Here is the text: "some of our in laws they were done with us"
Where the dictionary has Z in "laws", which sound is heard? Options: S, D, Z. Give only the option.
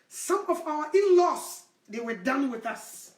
S